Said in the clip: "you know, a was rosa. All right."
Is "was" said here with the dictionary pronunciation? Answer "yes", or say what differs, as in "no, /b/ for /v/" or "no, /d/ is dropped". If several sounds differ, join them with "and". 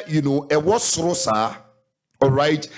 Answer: no, /s/ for /z/